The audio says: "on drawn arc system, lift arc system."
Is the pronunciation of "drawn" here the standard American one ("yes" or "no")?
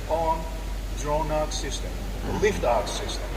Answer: yes